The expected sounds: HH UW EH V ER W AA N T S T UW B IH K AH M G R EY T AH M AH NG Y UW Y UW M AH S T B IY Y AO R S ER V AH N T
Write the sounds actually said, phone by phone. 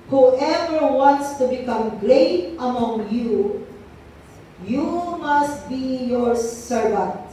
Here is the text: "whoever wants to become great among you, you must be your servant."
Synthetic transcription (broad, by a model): HH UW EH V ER W AA N T S T UW B IH K AH M G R EY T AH M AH NG Y UW Y UW M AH S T B IY Y AO R S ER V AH N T